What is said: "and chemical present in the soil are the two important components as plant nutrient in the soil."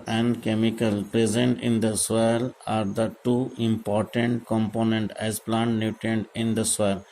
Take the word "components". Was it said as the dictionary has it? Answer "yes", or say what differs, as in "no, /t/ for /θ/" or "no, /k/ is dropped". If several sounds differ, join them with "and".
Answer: no, /s/ is dropped